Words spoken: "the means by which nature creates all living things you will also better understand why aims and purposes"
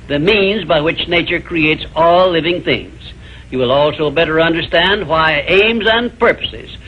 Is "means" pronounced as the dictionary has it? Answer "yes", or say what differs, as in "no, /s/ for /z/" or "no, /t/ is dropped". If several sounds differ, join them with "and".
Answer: yes